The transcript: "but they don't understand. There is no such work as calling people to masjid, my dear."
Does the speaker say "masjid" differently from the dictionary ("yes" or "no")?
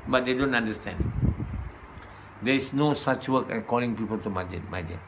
yes